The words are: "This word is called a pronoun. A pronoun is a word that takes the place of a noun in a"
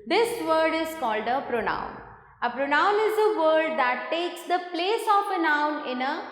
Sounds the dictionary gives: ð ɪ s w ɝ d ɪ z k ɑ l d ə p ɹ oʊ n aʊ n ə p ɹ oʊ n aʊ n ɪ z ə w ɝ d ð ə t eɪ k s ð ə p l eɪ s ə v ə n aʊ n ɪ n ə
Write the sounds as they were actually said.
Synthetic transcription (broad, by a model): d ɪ s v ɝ d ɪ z k ɑ l d ə p ɹ oʊ n aʊ n ə p ɹ oʊ n aʊ n ɪ z ə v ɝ d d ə t eɪ k s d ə p l eɪ s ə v ə n aʊ n ɪ n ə